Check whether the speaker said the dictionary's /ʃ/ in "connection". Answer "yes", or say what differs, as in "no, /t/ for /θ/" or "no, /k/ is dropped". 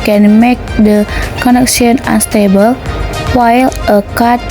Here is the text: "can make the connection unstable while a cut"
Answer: no, /s/ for /ʃ/